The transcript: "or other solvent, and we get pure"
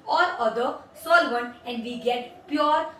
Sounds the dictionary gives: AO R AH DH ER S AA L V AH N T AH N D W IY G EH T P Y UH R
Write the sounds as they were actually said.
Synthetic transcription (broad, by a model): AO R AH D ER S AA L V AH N AH N D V IY G EH T P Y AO R